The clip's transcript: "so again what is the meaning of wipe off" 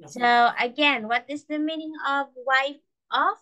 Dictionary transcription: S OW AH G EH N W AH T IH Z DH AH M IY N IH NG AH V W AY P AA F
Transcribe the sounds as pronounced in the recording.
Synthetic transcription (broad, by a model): S OW AH G EH N W AH T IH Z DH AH M IY N IH NG AH V W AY F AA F